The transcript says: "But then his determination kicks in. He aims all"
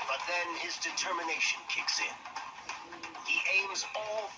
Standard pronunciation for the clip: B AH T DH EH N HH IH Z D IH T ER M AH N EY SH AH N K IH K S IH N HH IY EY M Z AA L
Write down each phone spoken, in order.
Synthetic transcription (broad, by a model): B AH T DH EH N IH Z D IH T ER M AH N EY SH AH N K IH K S IH N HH IY EY M Z AA L